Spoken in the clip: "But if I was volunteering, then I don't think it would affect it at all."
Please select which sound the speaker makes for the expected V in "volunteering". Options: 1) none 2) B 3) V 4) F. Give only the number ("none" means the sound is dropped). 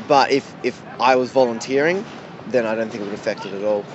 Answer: 3